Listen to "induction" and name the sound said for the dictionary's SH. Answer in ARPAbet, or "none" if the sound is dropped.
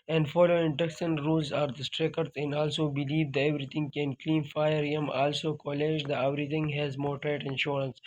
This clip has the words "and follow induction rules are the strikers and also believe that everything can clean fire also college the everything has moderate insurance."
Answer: S